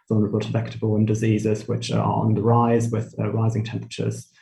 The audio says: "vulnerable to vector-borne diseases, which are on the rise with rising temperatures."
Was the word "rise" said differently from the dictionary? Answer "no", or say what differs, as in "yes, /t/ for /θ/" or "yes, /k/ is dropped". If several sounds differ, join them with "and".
no